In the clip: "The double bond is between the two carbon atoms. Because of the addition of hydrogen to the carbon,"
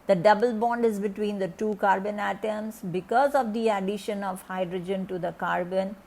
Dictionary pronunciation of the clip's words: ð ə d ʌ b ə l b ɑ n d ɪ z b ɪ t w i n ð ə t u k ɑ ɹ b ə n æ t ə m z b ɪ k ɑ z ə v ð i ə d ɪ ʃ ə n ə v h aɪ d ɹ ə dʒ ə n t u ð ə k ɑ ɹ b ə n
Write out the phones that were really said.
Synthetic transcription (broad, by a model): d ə d ʌ b ə l b ɑ n d ɪ z b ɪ t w i n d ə t u k ɑ ɹ b ə n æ t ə m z b ɪ k ɑ z ə v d i ə d ɪ ʃ ə n ə v h aɪ d ɹ ə dʒ ə n t u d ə k ɑ ɹ b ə n